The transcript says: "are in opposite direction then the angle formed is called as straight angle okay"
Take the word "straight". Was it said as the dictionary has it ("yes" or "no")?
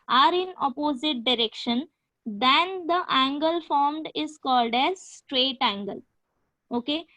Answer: yes